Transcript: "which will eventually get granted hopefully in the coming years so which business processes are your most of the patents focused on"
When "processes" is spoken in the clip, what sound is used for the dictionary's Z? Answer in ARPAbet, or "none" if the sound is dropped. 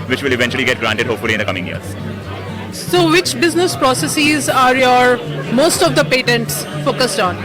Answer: Z